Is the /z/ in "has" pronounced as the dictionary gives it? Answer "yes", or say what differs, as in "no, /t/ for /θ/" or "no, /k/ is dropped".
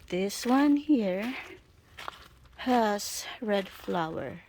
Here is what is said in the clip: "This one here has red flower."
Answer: no, /s/ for /z/